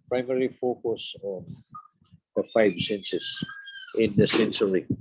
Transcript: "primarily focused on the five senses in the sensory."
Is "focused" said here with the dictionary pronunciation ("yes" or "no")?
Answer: no